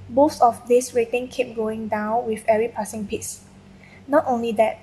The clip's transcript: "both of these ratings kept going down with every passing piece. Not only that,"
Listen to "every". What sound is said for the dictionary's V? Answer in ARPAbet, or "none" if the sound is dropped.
none